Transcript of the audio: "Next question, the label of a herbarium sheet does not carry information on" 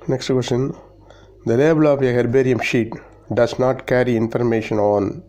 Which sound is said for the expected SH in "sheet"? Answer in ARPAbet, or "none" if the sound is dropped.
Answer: SH